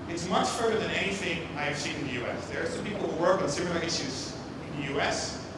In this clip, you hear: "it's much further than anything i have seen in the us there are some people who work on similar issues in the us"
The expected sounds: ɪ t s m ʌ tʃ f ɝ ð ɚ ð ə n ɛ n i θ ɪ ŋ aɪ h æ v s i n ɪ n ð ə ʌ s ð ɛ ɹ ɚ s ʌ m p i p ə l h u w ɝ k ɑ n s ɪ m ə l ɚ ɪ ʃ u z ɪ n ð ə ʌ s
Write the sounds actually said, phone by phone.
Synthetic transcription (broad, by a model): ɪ t s m ʌ tʃ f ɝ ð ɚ ð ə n ɛ n i θ ɪ ŋ aɪ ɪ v s i n ɪ n ð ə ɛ s ð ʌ ɹ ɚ s ʌ m p i p l h u w ɝ k n s ɪ m ə l ɚ ɪ ʃ u z ɪ n ð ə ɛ s